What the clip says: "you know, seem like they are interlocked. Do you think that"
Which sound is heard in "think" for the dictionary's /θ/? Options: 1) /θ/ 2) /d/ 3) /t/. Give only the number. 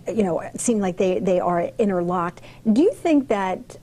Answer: 1